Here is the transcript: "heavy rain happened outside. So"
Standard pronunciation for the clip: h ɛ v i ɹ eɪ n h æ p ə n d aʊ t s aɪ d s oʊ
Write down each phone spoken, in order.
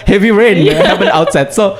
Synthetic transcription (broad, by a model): h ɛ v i ɹ eɪ n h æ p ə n aʊ t s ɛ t s oʊ